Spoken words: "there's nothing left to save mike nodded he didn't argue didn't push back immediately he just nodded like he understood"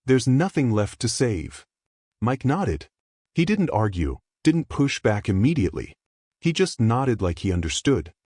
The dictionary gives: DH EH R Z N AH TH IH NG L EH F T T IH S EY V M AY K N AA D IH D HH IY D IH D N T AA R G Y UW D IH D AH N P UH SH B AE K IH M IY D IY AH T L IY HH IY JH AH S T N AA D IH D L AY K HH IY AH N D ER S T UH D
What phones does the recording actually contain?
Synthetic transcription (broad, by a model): DH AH R Z N AH TH IH NG L EH F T T IH S EY V M AY K N AA D IH D HH IY D IH D N T AA R G Y UW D IH D N P UH SH B AE K IH M IY D IY AH T L IY HH IY JH AH S T N AA D IH D L AY K HH IY AH N D ER S T UH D